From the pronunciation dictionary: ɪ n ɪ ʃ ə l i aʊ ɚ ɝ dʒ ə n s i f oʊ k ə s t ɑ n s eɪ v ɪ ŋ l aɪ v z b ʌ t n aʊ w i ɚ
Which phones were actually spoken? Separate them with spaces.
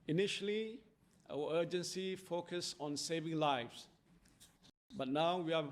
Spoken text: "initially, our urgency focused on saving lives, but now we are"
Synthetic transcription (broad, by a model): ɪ n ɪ ʃ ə l i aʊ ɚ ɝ dʒ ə n s i f oʊ k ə s ɑ n s eɪ v ɪ ŋ l aɪ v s b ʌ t n aʊ w i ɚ